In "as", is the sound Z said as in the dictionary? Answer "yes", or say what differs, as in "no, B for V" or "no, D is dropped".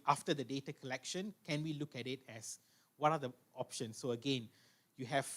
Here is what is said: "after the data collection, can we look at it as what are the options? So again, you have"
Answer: no, S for Z